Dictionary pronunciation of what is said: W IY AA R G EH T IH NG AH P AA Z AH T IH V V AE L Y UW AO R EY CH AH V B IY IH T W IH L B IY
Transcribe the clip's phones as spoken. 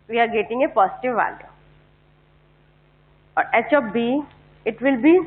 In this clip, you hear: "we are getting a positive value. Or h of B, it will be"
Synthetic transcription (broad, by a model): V IY AA R G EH T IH NG AH P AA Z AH T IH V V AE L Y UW AO R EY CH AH P B IY IH T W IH L B IY